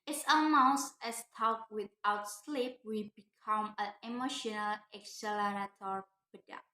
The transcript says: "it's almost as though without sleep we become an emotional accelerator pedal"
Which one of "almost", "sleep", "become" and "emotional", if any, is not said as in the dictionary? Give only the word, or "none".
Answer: almost